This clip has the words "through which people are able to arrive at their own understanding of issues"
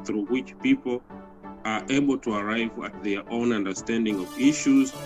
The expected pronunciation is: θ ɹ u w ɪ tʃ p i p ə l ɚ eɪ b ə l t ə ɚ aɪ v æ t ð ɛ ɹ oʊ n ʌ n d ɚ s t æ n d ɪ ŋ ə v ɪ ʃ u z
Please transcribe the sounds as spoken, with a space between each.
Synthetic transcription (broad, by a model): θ ɹ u w ɪ tʃ p i p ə l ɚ eɪ b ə l t ə ɚ aɪ v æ t ð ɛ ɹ oʊ n ʌ n d ɚ s t æ n d ɪ ŋ ə v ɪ ʃ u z